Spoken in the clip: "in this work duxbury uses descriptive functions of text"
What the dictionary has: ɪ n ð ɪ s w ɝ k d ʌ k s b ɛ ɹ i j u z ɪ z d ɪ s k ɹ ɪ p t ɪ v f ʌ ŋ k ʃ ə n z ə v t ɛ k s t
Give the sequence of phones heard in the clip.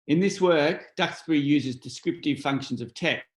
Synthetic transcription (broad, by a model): ɪ n ð ɪ s w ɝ k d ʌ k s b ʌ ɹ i j u z ɪ z d ɪ s k ɹ ɪ p t ɪ v f ʌ ŋ k ʃ ə n z ə v t ɛ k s